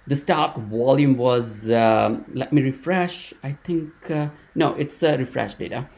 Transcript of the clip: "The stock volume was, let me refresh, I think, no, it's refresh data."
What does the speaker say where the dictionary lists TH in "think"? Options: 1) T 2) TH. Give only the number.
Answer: 1